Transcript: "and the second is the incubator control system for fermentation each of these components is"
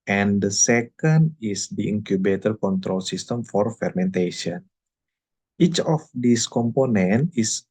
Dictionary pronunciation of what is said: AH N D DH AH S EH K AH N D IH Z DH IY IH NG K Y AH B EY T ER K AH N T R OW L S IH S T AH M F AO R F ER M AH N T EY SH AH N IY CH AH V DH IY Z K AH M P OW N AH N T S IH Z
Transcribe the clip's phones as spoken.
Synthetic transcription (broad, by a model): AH N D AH S EH K AH N D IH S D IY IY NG K Y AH B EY T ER K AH N T R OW L S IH S T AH M F AO R F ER M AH N T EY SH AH N IY CH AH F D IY S K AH M P OW N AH N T IH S